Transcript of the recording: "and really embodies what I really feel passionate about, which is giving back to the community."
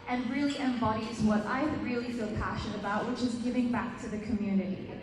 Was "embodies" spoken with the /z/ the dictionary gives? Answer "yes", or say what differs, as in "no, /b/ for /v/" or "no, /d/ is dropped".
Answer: yes